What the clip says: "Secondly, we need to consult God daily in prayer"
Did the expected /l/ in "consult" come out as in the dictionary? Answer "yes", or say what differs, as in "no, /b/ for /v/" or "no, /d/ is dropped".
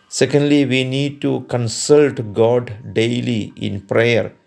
yes